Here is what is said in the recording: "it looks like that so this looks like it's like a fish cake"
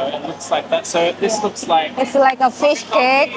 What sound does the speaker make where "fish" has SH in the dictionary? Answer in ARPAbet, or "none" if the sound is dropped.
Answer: SH